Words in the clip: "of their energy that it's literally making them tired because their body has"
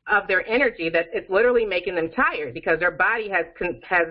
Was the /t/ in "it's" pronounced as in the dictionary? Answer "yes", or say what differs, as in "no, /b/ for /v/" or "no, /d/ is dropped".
yes